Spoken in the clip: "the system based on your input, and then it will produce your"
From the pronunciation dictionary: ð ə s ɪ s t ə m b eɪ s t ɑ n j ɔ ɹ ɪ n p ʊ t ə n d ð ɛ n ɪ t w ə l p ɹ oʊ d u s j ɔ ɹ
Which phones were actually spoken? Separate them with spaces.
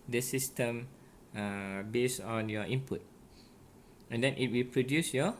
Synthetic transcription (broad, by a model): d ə s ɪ s t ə m b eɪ s ɑ n j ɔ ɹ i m p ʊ t ə n d ɛ n ɪ t w ə l p ɹ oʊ d u s j ɔ